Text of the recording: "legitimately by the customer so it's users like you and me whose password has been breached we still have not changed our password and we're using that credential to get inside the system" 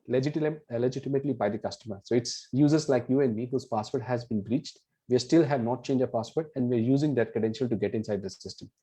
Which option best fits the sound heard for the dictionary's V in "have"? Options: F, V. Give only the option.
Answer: V